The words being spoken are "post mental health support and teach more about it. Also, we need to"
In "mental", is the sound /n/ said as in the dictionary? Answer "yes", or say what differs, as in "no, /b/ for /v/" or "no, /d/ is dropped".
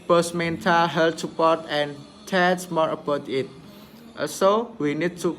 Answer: yes